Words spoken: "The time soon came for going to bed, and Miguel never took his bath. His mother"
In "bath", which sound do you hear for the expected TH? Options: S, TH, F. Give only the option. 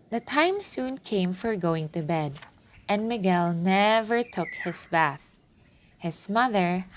TH